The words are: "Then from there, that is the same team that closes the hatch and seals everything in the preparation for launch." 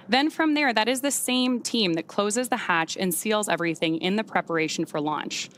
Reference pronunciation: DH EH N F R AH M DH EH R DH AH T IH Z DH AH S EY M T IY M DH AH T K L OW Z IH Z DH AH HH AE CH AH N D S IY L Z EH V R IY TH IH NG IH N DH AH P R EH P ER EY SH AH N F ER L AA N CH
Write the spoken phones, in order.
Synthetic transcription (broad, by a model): DH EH N F R AH M DH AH R DH AH T IH Z DH AH S EY M T IY M DH AH T K L OW Z IH Z DH AH HH AE CH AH N S IY L Z EH V R IY TH IH NG IH N DH AH P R EH P ER EY SH N F ER L AA N CH